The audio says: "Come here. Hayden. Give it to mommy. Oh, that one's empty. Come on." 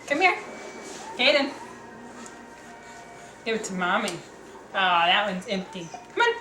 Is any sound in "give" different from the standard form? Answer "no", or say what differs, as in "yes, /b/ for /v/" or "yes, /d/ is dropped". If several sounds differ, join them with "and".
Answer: yes, /w/ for /v/